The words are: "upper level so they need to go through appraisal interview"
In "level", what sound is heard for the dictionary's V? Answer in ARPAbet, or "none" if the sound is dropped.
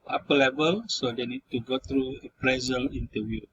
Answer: B